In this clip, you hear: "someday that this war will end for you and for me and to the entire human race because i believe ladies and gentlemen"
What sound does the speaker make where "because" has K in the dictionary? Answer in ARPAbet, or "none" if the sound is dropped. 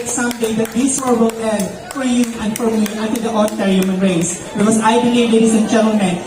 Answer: none